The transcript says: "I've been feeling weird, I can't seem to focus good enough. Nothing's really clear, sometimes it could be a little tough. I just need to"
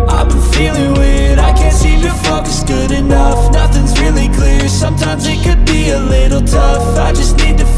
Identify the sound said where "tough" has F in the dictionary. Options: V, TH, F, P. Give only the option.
F